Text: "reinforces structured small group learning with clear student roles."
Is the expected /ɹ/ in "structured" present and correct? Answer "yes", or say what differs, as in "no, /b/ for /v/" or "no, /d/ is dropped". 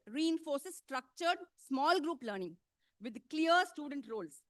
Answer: yes